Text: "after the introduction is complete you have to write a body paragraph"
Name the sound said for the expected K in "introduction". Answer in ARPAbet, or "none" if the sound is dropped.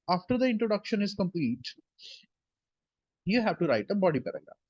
K